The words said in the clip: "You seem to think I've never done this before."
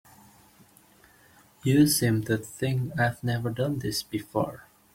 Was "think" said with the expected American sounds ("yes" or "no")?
no